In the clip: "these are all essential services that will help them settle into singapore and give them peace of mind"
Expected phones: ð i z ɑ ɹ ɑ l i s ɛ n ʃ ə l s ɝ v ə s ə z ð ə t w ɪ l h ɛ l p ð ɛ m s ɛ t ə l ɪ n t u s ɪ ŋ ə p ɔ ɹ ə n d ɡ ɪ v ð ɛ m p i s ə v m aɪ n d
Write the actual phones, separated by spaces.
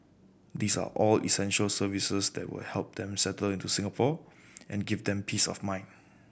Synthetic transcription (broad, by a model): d i s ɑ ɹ ɑ l i s ɛ n ʃ ə l s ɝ v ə s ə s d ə t w ɪ l h ɛ l p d ɛ m s ɛ t ə l ɪ n t u s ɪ ŋ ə p ɔ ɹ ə n ɡ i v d ɛ m p i s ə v m aɪ n